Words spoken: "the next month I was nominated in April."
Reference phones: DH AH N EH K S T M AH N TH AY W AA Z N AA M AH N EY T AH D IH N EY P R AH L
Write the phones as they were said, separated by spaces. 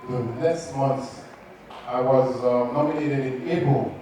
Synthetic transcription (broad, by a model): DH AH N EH S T M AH N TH AY W AA Z N AA M AH N EY T AH D IH N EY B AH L